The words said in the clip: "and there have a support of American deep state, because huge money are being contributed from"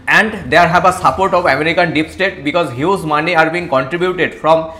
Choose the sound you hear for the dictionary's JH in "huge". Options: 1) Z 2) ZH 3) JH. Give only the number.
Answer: 1